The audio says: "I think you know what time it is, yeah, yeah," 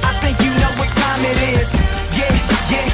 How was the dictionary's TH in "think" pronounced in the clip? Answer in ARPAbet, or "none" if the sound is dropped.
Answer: TH